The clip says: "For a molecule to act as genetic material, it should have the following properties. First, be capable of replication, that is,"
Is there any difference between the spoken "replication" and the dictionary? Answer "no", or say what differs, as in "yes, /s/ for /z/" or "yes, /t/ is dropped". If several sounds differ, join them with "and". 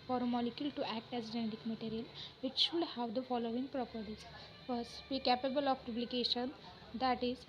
yes, /b/ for /p/